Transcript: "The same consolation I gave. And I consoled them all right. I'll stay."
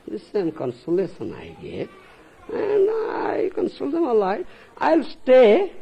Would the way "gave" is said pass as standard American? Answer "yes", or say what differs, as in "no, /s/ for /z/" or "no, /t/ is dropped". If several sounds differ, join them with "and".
no, /v/ is dropped